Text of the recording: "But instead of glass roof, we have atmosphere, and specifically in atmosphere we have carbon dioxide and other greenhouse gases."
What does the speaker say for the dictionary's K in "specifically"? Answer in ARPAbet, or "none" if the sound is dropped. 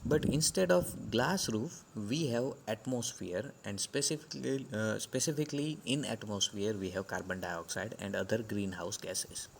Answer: K